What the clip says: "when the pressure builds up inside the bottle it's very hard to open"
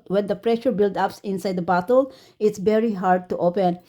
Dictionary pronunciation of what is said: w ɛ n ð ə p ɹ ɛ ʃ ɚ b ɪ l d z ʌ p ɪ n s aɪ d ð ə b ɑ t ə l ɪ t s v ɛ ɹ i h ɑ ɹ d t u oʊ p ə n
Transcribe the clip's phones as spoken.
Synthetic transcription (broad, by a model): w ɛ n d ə p ɹ ɛ ʃ ɚ b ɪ l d ʌ p ɪ n s aɪ d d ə b ɑ t ə l ɪ t s v ɛ ɹ i h ɑ ɹ d t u oʊ p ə n